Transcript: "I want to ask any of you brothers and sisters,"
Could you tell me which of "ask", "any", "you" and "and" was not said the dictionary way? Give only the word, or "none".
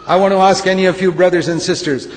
none